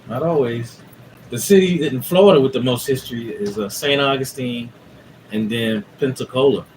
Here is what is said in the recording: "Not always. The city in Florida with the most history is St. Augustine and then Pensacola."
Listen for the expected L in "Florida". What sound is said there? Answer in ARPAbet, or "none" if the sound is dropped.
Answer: L